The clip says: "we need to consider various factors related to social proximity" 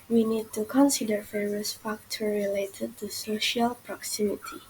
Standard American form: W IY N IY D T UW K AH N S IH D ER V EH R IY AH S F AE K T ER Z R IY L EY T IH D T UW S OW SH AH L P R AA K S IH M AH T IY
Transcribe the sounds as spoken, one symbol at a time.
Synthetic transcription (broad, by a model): W IY N IY D T UW K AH N S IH D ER F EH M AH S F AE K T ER R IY L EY T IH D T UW S OW SH AH L P R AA K S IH M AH T IY